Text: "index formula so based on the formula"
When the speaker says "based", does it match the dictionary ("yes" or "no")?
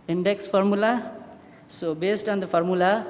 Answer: yes